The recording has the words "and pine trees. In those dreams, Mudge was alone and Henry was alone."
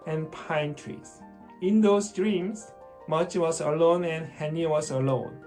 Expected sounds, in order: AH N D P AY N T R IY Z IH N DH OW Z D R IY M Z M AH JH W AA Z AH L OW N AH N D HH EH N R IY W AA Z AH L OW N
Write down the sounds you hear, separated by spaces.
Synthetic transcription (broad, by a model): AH N P AY N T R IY S IH N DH OW S D R IY M S M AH CH W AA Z AH L OW N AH N HH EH N IY W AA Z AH L OW N